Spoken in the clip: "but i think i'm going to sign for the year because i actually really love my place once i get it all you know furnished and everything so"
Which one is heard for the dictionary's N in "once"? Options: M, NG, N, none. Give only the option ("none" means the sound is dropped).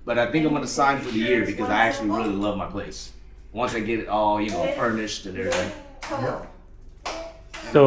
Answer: N